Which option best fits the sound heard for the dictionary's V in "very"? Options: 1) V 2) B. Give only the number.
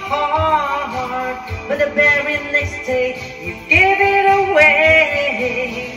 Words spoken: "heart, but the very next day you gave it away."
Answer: 2